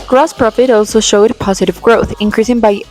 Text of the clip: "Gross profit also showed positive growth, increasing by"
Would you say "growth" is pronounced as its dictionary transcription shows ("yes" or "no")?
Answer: yes